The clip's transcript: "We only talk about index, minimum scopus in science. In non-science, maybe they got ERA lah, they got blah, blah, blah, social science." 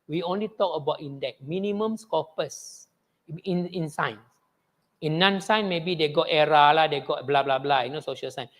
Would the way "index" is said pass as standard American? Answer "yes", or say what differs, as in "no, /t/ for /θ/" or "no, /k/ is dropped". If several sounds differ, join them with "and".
no, /s/ is dropped